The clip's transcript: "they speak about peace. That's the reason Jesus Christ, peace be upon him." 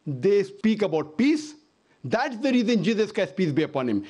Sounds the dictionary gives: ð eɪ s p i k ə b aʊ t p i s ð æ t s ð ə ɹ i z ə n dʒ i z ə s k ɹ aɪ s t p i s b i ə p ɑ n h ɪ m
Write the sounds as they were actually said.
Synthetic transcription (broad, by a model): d eɪ s p i k ə b aʊ t p i s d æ t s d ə ɹ i z ə n dʒ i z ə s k aɪ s p i s b i ə p ɑ n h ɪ m